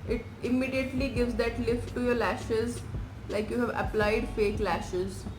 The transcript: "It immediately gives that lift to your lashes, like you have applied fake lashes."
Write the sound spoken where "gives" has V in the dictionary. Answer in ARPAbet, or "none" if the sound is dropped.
V